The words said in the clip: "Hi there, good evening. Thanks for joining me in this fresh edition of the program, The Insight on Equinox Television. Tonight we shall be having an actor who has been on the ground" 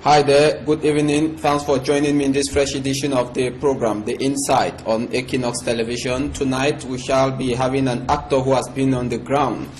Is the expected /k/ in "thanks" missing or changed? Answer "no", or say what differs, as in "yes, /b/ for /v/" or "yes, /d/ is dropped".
yes, /k/ is dropped